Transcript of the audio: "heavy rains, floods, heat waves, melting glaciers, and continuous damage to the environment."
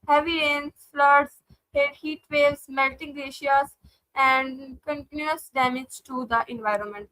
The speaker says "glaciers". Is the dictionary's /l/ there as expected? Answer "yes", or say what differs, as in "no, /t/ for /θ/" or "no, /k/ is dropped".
no, /l/ is dropped